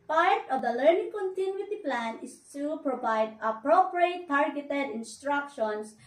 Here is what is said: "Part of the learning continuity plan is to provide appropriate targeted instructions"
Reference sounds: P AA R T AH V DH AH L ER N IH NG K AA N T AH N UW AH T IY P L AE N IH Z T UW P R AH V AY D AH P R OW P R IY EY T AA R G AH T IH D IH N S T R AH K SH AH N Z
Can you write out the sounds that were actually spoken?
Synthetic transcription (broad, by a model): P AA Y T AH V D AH L ER N IH NG K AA N T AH N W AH T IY P L AE N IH S T UW P R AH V AY D AH P R OW P R IY EY T AA R G AH T IH D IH N S T R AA K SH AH N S